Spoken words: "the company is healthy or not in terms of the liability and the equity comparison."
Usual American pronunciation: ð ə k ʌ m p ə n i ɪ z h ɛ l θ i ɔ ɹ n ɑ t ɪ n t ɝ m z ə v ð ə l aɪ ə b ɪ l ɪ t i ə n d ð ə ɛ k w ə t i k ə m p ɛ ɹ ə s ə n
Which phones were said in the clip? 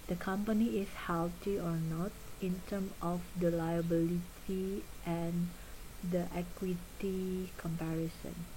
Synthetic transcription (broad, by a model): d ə k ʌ m p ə n i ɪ s h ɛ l t i ɔ ɹ n ɑ t ɪ n t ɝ m ə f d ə l aɪ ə b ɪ l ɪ t i ə n d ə ɛ k w ə t i k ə m p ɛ ɹ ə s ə n